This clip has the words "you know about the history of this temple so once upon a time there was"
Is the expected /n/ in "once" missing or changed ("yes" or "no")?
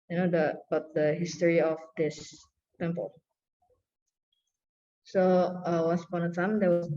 yes